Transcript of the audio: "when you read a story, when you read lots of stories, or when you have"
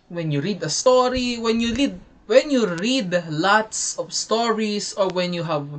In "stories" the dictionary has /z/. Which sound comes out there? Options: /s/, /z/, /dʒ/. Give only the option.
/s/